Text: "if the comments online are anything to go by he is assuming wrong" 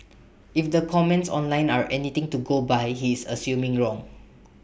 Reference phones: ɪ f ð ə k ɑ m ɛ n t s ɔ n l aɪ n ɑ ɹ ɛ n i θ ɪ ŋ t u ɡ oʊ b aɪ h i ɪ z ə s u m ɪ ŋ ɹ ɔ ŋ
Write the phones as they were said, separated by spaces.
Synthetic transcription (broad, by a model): ɪ f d ə k ɑ m ɛ n t s ɔ n l aɪ n ɑ ɹ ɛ n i t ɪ ŋ t u ɡ oʊ b aɪ h i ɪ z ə s u m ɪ ŋ ɹ ɔ ŋ